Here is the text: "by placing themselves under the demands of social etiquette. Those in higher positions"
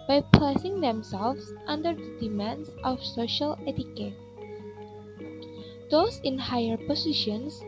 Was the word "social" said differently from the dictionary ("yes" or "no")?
no